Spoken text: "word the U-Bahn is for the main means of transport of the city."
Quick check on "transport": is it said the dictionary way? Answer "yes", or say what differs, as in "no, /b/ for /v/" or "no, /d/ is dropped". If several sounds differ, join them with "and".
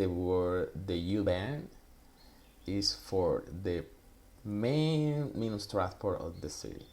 no, /n/ is dropped